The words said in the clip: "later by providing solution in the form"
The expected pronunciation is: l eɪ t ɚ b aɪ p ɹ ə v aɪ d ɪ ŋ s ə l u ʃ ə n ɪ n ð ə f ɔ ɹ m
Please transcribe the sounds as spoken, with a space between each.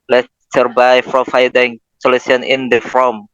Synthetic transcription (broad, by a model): l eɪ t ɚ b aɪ f ɹ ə f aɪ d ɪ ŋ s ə l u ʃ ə n ɪ n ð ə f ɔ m